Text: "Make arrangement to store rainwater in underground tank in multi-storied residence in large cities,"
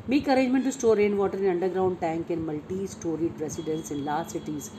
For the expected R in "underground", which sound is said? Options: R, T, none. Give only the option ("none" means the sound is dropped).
R